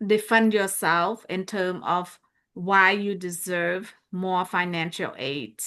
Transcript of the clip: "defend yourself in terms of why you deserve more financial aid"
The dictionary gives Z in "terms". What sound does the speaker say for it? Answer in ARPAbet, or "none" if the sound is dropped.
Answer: none